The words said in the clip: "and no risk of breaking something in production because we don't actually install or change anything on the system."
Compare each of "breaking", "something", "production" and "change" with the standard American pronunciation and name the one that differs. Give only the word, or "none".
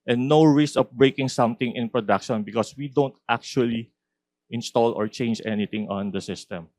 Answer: something